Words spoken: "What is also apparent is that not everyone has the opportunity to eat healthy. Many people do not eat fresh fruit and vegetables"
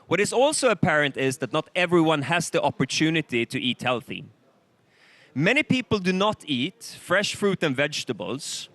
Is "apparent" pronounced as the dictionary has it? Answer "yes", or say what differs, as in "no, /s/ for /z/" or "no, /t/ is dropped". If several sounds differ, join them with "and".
yes